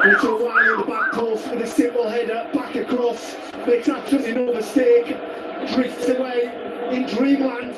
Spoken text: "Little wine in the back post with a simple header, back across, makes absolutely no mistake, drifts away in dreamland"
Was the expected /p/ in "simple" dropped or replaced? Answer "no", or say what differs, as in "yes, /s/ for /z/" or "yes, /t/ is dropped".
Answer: yes, /p/ is dropped